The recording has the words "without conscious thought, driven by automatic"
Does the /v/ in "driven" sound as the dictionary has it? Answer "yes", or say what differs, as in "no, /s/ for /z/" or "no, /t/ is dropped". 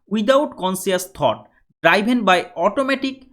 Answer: no, /b/ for /v/